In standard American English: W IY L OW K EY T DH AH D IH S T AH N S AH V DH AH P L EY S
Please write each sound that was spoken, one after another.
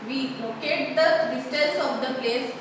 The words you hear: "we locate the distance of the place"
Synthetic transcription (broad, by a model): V IY L OW K EY T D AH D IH S T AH L S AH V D AH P L EY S